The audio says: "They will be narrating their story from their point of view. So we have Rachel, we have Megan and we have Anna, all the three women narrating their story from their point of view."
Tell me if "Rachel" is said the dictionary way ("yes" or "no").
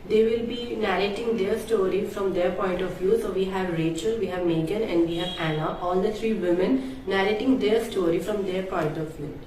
yes